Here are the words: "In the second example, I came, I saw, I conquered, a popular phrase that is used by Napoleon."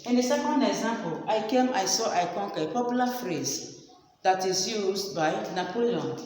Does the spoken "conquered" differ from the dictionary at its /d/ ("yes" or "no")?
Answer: yes